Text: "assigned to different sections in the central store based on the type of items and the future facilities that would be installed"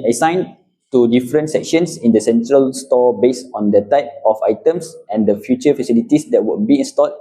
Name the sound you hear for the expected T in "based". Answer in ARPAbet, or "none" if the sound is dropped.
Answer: none